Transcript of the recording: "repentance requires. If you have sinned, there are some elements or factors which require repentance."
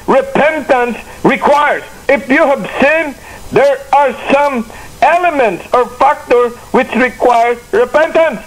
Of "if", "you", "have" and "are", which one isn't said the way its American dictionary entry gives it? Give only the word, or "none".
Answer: none